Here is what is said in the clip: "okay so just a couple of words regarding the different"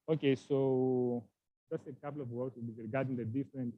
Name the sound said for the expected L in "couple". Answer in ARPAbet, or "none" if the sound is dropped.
W